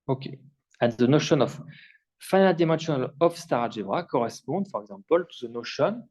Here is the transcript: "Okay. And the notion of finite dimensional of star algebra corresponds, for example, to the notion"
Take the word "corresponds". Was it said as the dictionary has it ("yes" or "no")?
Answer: no